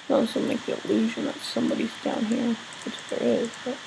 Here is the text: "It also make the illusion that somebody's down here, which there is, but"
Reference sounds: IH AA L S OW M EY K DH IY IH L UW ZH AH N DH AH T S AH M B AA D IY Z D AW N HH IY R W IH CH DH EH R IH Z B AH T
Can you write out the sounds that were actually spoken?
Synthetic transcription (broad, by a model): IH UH S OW M EY K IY IH L UW ZH AH N DH AH T S AH M B AA D IY Z D AW N HH IY R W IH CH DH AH R IH Z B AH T